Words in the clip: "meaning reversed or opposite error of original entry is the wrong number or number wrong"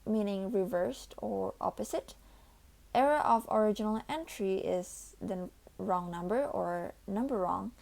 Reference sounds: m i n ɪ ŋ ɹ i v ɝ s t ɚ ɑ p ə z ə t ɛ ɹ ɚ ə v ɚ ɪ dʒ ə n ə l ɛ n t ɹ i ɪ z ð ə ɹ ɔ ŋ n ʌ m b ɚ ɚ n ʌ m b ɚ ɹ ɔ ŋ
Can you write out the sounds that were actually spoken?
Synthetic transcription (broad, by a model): m i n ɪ ŋ ɹ i v ɝ s t ɚ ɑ p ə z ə t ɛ ɹ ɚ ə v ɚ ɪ dʒ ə n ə l ɛ n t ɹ i ɪ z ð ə ɹ ɔ ŋ n ʌ m b ɚ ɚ n ʌ m b ɚ ɹ ɔ ŋ